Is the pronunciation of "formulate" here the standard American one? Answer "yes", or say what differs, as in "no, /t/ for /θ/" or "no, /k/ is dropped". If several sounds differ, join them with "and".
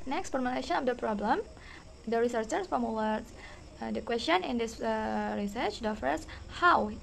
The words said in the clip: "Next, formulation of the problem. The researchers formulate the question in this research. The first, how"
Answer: no, /w/ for /l/